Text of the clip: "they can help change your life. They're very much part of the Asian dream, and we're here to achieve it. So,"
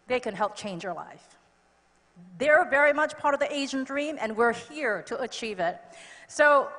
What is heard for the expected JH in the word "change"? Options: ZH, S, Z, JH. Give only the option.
JH